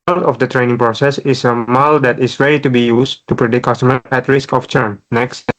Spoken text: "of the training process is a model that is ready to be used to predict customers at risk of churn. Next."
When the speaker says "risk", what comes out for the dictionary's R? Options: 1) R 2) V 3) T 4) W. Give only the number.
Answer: 1